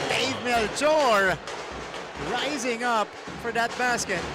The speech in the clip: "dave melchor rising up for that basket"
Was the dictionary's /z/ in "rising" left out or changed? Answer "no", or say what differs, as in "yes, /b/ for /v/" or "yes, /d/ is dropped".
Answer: no